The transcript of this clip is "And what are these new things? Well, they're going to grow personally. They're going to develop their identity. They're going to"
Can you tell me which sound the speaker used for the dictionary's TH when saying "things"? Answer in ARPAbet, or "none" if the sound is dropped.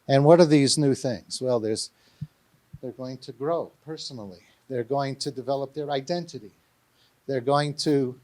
TH